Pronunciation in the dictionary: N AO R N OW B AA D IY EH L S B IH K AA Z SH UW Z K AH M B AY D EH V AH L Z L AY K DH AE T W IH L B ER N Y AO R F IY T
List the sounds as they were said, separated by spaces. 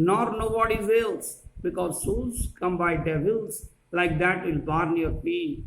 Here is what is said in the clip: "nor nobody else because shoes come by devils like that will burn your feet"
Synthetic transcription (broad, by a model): N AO R N OW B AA D IY EH L S B IH K AA Z S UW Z K AH M B AY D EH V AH L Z L AY K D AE T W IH L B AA N Y AO R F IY